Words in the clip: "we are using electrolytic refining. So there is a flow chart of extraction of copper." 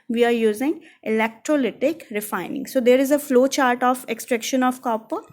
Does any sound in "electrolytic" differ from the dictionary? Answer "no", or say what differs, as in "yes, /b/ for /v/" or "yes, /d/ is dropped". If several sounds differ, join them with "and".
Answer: no